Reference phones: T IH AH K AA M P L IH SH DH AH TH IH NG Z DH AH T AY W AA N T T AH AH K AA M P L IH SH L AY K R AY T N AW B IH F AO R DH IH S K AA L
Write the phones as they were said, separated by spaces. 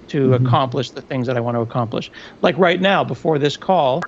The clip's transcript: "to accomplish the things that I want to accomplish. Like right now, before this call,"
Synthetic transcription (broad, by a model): T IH AH K AA M P L IH SH DH AH TH IH NG Z DH AH T AY W AA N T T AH AH K AA M P L IH SH L AY K R AY T N AW B IH F AO R DH IH S K AA L